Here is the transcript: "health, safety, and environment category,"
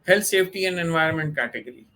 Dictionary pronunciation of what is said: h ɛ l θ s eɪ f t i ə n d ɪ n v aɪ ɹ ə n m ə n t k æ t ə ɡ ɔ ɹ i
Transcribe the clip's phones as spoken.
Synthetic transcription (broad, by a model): h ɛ l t s eɪ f t i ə n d ɪ n v aɪ ɹ ə n m ə n t k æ t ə ɡ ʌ ɹ i